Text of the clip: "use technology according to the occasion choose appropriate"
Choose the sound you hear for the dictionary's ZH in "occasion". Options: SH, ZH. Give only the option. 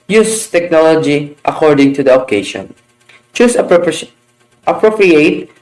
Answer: SH